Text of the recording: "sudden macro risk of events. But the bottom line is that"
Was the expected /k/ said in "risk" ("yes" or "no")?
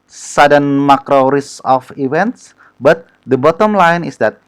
no